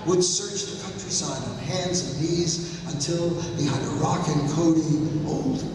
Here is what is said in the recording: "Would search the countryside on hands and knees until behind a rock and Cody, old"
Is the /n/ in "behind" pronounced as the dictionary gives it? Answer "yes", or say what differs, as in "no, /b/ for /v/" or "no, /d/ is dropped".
no, /n/ is dropped